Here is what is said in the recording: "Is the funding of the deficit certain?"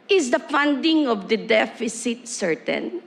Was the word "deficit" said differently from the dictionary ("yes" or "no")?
no